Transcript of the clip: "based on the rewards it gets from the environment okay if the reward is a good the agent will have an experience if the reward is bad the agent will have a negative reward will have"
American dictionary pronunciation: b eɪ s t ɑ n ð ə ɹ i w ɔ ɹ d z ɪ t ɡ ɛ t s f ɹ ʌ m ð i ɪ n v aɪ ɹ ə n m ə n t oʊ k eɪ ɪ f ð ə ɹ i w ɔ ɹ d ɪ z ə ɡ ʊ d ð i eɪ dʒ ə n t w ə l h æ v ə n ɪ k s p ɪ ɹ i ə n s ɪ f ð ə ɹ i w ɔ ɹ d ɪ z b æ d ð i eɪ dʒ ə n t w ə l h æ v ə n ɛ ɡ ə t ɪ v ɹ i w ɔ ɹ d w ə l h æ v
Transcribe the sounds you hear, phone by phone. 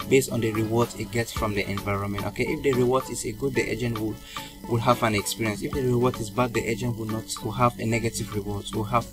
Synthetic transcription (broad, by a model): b eɪ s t ɑ n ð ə ɹ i w ɔ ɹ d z ɪ t ɡ ɛ t s f ɹ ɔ m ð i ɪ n v aɪ ɹ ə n m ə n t oʊ k eɪ ɪ f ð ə ɹ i w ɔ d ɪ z ə ɡ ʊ d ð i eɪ dʒ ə n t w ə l h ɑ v ə n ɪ k s p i ɹ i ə n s ɪ f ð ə ɹ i w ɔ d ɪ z b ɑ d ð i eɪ dʒ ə n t w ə w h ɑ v ə n ɛ ɡ ə t ɪ v ɹ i w ɔ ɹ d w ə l h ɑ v